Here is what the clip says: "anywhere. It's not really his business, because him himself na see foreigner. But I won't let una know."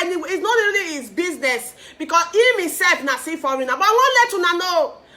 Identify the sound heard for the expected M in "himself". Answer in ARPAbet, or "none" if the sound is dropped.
none